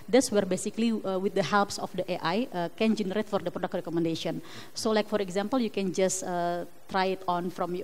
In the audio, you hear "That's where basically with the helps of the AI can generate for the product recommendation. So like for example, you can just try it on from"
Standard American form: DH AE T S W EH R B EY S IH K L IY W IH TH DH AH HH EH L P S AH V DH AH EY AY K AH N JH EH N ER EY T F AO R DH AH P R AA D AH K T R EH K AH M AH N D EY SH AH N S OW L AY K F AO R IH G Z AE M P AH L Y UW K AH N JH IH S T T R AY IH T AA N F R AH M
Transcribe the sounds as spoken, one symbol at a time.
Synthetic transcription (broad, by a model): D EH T S W EH R B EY S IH K L IY W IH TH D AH HH EH L P S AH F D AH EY AY K AH N JH EH N ER EY T F AO R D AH P R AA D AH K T R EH K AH M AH N D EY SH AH N S OW L AY K F AO R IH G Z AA M P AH L Y UW K AH N JH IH S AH T R AY IH T AA N F R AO M